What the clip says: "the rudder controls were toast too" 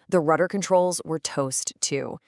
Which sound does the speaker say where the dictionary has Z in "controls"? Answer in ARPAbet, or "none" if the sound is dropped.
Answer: Z